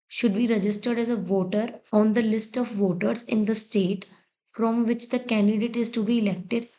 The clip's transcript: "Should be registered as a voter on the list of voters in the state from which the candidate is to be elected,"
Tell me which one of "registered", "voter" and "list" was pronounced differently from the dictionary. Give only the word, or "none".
none